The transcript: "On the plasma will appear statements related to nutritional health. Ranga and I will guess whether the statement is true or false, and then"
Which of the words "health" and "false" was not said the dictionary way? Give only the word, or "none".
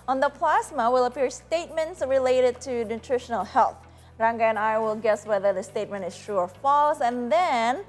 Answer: none